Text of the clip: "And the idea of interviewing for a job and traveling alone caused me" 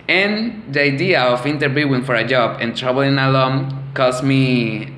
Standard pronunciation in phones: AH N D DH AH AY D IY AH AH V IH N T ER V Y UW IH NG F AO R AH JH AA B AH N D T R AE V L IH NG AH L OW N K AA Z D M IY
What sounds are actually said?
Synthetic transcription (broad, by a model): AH N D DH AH AY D IY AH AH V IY N T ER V Y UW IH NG F AO R AH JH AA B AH N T R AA B L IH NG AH L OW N K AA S M IY